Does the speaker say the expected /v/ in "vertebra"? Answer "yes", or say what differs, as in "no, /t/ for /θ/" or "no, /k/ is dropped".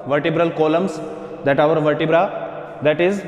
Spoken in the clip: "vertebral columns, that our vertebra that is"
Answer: yes